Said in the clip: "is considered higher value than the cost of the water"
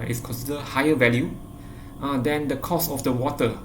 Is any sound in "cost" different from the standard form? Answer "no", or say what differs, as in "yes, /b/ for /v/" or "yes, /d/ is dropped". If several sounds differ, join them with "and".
yes, /t/ is dropped